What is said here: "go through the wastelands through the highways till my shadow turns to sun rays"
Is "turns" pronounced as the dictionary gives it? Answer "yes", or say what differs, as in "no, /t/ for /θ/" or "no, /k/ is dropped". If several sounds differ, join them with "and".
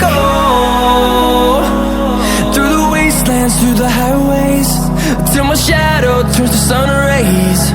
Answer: no, /n/ is dropped